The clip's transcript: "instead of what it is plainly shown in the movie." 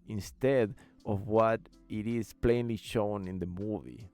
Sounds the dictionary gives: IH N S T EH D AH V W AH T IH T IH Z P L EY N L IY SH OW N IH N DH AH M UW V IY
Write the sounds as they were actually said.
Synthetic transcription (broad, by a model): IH N S T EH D AH V W AH T IH T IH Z P L EY N L IY SH OW N IH N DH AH M UW V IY